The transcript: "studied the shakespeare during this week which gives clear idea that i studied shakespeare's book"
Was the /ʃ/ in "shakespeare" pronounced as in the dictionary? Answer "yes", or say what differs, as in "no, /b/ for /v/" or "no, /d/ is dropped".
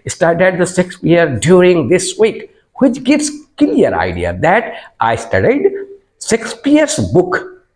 no, /s/ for /ʃ/